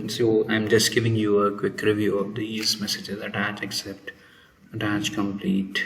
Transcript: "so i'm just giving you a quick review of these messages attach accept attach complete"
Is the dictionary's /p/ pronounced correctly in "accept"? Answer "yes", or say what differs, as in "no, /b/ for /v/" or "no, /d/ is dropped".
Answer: yes